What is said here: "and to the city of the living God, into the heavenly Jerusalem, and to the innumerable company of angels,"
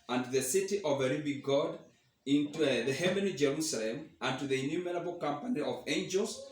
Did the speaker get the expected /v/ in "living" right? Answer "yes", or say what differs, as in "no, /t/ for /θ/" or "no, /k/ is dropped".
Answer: no, /b/ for /v/